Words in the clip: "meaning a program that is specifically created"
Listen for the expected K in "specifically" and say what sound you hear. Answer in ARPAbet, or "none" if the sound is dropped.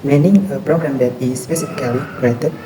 none